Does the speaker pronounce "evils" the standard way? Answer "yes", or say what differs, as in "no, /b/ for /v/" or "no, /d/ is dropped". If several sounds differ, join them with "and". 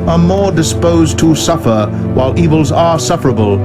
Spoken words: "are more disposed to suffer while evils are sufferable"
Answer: yes